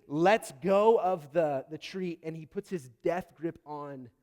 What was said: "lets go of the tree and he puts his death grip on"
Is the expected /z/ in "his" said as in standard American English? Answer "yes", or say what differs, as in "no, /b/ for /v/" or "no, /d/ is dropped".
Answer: yes